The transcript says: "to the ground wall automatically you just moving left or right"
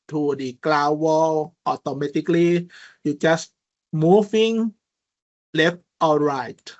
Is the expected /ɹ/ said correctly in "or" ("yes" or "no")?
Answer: no